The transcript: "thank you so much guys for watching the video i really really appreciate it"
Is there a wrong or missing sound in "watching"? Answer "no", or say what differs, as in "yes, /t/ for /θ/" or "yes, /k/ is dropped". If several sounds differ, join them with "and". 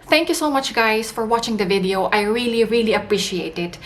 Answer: no